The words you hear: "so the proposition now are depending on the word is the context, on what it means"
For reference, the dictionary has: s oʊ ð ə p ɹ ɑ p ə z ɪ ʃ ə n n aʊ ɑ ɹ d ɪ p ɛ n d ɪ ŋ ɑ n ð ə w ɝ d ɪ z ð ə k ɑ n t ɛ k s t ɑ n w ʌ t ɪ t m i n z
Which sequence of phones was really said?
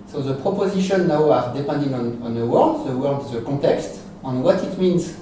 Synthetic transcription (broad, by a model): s oʊ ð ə p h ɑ p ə z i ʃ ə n n aʊ ɑ ɹ d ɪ p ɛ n d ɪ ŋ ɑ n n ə w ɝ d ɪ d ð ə k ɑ t ɛ k s t ɑ n w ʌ t ɪ t m i n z